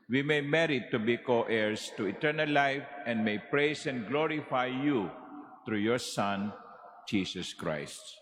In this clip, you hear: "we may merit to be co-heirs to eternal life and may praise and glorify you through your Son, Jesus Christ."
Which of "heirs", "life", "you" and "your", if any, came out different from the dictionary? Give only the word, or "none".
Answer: heirs